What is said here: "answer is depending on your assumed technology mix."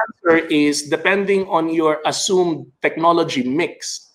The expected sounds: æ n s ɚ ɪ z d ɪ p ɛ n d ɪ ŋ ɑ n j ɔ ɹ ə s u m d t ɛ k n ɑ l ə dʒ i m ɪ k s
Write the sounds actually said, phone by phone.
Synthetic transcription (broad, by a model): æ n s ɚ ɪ s d ɪ p ɛ n d ɪ ŋ ɑ n j ɔ ɹ ə s u m d t ɛ k n ɑ l ə dʒ i m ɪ k s